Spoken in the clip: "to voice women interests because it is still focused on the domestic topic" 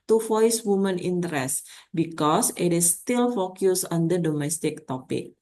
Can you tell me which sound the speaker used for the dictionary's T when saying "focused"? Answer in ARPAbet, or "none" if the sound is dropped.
none